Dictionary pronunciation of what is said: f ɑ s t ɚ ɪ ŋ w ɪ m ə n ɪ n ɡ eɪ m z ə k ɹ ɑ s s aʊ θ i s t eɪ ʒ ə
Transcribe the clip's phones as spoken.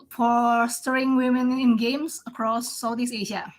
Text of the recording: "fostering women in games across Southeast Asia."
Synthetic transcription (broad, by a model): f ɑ s t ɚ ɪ ŋ w ɪ m ə n ɪ n ɡ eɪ m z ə k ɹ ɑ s s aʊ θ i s eɪ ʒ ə